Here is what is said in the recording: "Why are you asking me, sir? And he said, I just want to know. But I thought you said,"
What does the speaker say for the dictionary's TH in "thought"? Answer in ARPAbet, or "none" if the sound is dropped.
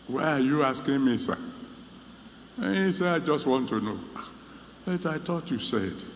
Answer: T